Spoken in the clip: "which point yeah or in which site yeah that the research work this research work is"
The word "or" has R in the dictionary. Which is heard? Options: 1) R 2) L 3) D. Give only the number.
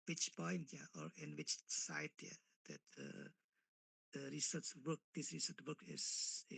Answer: 1